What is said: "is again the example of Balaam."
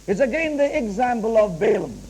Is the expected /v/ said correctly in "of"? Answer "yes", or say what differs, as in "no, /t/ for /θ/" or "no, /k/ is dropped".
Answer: yes